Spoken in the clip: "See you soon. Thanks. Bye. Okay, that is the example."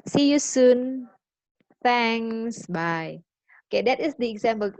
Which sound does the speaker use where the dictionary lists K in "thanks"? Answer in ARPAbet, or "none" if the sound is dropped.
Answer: none